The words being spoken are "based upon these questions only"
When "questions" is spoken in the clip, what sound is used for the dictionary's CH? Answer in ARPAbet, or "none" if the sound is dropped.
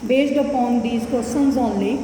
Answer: none